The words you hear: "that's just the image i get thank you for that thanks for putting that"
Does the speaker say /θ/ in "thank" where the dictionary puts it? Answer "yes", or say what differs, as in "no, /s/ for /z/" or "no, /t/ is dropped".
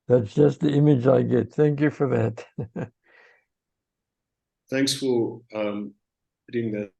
yes